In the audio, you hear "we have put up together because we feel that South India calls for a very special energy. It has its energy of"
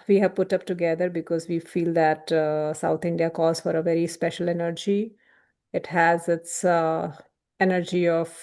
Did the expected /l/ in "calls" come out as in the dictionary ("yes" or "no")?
no